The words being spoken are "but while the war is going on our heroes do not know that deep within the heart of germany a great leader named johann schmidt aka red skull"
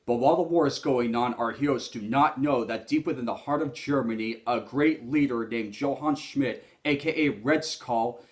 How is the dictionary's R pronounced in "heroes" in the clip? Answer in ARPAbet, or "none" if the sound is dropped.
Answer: none